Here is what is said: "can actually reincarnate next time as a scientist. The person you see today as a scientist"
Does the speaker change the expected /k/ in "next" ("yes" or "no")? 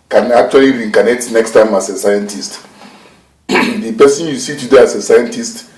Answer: no